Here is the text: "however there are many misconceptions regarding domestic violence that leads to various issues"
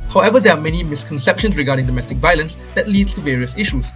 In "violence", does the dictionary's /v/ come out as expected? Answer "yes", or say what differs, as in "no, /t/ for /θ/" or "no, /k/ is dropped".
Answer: yes